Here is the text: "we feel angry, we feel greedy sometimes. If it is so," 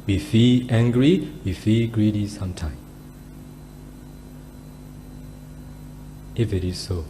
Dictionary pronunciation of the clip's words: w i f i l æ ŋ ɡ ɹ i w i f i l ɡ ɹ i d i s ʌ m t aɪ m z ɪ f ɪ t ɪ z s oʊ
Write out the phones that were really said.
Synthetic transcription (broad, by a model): w i f i l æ ŋ ɡ ɹ i w i f i l ɡ ɹ i d i s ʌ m t aɪ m ɪ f ɪ t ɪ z s oʊ